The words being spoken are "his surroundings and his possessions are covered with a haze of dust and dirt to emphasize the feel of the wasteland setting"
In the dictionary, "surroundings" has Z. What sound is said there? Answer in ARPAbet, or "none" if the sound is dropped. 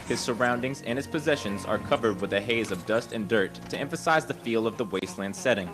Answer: Z